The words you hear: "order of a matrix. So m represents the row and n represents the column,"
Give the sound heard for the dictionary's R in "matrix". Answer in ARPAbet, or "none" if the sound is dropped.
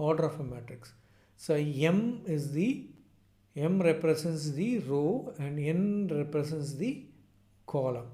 none